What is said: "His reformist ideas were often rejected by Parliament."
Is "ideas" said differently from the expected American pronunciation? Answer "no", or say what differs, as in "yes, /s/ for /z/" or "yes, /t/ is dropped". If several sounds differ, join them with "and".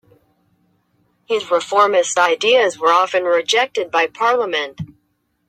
no